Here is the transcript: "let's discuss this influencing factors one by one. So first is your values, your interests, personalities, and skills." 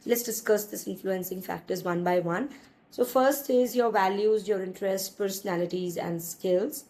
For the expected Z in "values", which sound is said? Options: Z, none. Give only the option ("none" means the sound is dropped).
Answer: Z